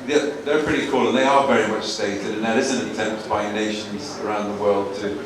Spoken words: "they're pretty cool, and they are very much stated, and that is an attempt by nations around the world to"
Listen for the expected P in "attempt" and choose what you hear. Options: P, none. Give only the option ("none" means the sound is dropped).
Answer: P